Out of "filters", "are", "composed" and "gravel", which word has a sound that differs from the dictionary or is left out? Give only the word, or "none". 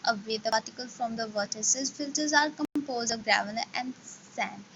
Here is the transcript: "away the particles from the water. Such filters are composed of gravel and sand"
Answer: gravel